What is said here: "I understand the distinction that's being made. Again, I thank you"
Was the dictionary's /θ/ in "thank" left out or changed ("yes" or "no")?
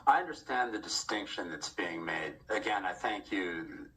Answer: no